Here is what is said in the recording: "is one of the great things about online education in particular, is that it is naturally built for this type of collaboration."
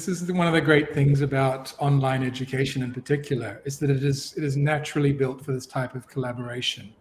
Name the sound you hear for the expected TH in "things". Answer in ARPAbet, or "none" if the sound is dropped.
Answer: TH